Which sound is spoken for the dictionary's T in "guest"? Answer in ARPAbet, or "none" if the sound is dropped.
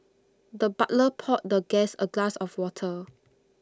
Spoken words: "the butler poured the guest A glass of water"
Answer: none